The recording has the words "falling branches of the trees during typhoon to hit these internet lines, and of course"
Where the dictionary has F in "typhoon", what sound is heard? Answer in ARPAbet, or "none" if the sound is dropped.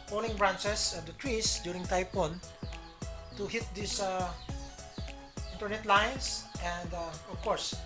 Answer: P